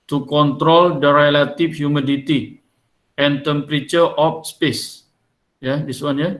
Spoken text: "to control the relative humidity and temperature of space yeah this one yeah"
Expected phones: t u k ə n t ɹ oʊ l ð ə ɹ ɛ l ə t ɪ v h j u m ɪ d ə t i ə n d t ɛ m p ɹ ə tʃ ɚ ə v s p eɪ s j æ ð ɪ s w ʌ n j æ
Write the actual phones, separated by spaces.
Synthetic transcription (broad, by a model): t u k ə n t ɹ oʊ l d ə ɹ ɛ l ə t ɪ f h j u m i d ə t i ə n t ɛ m p ɹ ə tʃ ɚ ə f s p eɪ s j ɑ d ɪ s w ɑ n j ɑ